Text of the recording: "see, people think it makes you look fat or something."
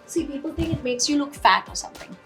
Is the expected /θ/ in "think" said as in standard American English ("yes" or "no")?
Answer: yes